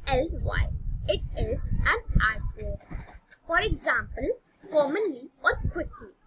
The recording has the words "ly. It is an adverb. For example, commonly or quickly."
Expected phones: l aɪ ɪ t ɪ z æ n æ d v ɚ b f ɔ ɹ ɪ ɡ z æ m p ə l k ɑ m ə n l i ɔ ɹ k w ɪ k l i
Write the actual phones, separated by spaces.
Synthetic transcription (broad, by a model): l aɪ ɪ t ɪ z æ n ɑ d p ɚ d f ɔ ɹ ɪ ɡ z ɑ m p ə l k ɑ m ə n l i ɔ ɹ k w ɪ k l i